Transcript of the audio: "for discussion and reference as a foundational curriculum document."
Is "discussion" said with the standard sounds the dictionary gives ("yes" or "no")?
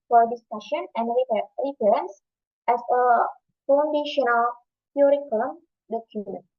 yes